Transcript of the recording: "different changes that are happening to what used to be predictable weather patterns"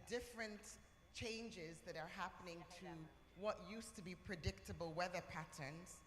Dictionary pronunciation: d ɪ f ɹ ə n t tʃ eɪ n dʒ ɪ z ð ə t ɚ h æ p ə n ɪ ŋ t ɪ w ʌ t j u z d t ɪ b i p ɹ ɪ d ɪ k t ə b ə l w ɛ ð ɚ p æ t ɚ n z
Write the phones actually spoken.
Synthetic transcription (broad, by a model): d ɪ f ɹ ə n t tʃ eɪ n dʒ ɪ z ð ə t ɚ h æ p ə n ɪ ŋ t ɪ w ʌ t j u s t ɪ b i p ɹ ɪ d ɪ k t ə b ə l w ɛ ð ɚ p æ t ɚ n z